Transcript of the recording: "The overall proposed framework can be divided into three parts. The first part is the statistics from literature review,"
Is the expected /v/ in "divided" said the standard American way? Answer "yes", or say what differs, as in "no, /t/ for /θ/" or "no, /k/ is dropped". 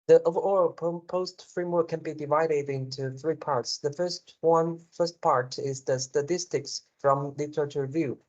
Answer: yes